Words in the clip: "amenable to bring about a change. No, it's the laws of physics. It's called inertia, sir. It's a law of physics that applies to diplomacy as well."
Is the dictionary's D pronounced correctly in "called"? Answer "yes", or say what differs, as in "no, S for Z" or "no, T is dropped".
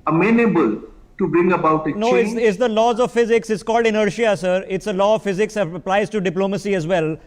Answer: yes